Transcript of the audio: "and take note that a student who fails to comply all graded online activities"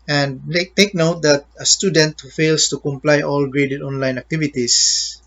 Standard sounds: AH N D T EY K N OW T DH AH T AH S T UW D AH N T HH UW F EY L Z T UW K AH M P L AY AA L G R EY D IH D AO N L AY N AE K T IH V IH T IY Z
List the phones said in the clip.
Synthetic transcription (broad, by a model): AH N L T EY K N OW T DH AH T AH S T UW D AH N T HH UW F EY L S T UW K AH M P L AY AA L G R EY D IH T AO N L AY N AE K T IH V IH T IY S